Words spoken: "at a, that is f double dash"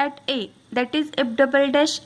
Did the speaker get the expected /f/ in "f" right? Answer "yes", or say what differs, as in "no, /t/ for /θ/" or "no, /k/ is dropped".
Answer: no, /p/ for /f/